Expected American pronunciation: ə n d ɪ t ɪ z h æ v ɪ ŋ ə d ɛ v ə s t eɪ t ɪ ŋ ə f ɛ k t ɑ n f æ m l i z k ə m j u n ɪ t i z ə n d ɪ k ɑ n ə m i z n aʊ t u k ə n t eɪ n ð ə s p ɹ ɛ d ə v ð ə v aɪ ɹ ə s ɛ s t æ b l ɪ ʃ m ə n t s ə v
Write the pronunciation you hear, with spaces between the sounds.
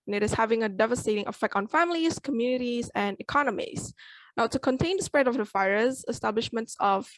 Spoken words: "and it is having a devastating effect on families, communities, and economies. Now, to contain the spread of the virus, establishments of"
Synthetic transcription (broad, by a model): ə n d ɪ t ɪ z h æ v ɪ ŋ ə d ɛ v ə s t eɪ t ɪ ŋ ə f ɛ k t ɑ n f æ m l i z k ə m j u n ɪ t i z ə n d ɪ k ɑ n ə m i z n aʊ t u k ə n t eɪ n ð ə s p ɹ ɛ d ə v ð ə f aɪ ɹ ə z ɛ s t æ b l ɪ ʃ m ə n t s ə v